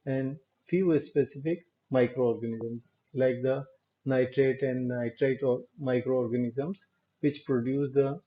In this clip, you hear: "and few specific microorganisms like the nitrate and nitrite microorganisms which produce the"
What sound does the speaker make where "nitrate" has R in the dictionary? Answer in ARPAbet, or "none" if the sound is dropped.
R